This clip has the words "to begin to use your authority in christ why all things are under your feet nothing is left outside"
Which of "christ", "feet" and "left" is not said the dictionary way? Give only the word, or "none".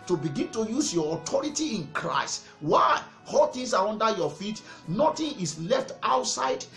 none